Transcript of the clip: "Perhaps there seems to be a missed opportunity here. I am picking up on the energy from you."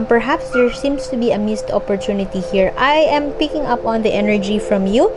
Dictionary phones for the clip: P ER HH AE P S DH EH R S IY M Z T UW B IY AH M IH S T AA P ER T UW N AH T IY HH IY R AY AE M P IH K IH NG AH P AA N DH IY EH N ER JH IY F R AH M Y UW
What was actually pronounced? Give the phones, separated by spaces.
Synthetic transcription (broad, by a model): P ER HH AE P S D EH R S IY M S T UW B IY AH M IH S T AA P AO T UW N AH T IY HH IY R AY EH M P IH K IH NG AH P AA N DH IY EH N ER JH IY F R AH M Y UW